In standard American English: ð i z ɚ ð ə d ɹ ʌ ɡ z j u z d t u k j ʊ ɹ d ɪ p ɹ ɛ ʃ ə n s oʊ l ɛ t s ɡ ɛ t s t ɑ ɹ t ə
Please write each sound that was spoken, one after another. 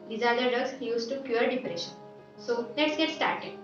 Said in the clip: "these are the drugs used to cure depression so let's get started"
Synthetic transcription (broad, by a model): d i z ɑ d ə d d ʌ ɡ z j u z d t u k j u ɹ d ɪ p ɹ ɛ ʃ ə n s oʊ n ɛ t s ɡ ɛ t s t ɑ ɹ t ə